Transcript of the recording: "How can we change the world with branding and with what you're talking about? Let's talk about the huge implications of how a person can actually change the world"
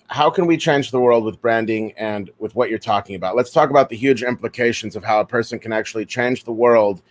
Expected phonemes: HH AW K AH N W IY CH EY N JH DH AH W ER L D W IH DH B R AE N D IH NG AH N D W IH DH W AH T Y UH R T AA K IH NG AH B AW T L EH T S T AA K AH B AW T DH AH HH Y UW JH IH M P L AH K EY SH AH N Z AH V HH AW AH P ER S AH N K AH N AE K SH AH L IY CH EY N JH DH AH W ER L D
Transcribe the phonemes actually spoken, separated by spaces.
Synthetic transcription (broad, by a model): HH AW K AH N W IY CH EY N JH DH AH W ER L D W IH DH B R AE N D IH NG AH N W IH DH W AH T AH R T AA K IH NG AH B AW T L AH T S T AA K AH B AW T DH AH HH Y UW JH IH M P L AH K EY SH AH N Z AH V HH AW AH P ER S AH N K AH N AE K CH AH L IY CH EY N JH DH AH W ER L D